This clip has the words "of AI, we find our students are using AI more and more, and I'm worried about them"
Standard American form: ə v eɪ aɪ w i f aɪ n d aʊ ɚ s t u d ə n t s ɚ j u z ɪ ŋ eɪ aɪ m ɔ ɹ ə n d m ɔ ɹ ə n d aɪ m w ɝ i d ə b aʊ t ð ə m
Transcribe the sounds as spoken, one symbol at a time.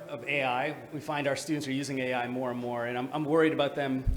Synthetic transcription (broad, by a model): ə v eɪ aɪ w i f aɪ n d aʊ ɚ s t u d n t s ɚ j u z ɪ ŋ eɪ aɪ m ɔ ɹ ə n m ɔ ɹ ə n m aɪ m w ɝ i d ə b aʊ t ð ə m